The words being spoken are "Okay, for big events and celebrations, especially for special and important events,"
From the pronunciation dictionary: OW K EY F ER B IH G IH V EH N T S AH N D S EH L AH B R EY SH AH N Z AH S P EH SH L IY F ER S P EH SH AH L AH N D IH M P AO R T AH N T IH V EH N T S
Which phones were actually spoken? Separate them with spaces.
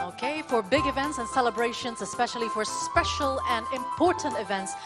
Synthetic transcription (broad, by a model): OW K EY F ER B IH G IH V EH N T S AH N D S EH L AH B R EY SH AH N Z AH S P EH SH L IY F ER S P EH SH AH L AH N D IH M P AO R T N T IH V EH N T S